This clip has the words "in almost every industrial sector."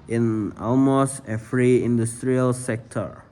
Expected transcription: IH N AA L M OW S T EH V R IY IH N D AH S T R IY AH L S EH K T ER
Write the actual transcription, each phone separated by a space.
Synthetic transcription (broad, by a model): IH N AA L M OW S T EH F R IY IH N D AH S T R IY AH L S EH K T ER